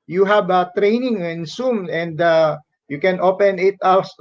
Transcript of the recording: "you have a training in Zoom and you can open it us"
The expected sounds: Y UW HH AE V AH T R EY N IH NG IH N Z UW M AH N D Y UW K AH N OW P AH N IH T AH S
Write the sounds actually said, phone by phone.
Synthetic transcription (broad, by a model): Y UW HH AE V AH T R EY N IH NG IH N S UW M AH N D Y UW K AH N OW P AH N IH T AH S